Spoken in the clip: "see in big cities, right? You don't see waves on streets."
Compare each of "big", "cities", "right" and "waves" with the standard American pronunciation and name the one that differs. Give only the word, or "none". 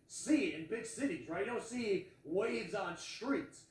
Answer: none